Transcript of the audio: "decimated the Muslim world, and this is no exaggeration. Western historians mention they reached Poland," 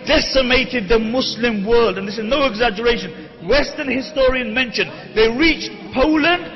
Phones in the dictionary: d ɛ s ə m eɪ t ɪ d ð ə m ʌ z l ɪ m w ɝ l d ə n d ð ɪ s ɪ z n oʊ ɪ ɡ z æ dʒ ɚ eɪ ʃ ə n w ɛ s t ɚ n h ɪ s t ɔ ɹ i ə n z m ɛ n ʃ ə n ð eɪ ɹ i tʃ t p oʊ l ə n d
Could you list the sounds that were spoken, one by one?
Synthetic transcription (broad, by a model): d ɛ s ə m eɪ t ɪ d ð ə m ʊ s l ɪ m w ɝ l d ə n ð ɪ s ɪ z n oʊ ɪ ɡ z æ dʒ ɚ eɪ ʃ ə n w ɛ s t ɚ n h ɪ s t ɔ ɹ i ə n m ɛ n ʃ ə n ð eɪ ɹ i tʃ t p oʊ l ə n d